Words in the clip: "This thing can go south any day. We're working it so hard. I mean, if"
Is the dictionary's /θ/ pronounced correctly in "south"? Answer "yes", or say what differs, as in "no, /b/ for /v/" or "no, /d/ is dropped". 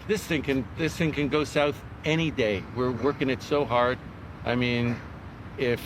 yes